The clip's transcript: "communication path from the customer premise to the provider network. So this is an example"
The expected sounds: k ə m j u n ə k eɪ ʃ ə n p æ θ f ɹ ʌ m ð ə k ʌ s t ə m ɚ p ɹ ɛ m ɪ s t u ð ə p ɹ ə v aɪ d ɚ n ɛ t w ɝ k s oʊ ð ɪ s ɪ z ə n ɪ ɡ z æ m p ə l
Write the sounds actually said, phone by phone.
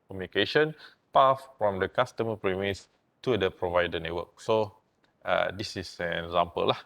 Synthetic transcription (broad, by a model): k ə m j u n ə k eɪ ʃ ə n p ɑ f f ɹ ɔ m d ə k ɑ s t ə m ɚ p ɹ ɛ m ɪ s t u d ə p ɹ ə v aɪ d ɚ n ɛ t w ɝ k s oʊ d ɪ s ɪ s ə n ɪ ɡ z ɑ m p ə l